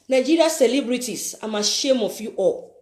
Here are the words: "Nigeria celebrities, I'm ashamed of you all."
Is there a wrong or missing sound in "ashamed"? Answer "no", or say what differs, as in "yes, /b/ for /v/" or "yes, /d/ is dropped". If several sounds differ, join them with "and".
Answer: yes, /d/ is dropped